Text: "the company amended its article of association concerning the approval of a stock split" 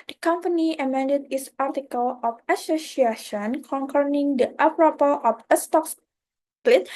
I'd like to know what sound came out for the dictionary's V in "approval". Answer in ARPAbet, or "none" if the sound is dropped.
P